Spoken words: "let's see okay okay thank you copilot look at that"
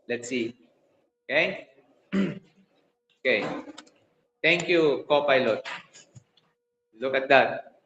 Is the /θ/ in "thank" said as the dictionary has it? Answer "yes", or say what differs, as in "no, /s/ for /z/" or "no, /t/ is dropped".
no, /t/ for /θ/